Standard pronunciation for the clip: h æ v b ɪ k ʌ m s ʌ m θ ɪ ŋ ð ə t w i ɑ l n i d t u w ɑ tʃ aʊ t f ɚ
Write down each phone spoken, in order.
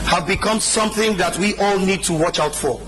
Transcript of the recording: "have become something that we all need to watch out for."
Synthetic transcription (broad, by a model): h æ v b ɪ k ʌ m s ʌ m θ ɪ ŋ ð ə t w i ɑ l n i d t u w ɑ tʃ aʊ t f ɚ